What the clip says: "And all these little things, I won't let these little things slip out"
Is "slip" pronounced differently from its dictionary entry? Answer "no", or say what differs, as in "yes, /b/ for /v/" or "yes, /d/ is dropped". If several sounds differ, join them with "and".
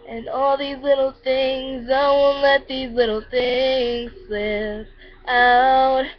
yes, /l/ is dropped